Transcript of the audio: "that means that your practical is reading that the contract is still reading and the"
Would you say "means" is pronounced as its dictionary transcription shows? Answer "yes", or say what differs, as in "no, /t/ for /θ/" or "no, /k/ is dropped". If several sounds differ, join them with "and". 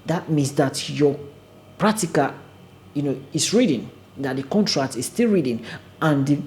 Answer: no, /s/ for /z/